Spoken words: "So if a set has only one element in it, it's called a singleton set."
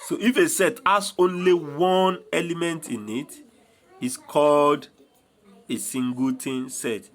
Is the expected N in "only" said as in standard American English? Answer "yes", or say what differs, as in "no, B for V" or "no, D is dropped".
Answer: yes